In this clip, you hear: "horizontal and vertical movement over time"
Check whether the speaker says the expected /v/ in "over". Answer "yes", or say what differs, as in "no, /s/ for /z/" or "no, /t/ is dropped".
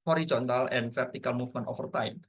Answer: no, /f/ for /v/